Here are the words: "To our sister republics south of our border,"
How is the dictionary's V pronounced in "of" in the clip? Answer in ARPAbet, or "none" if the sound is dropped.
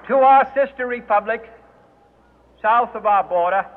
V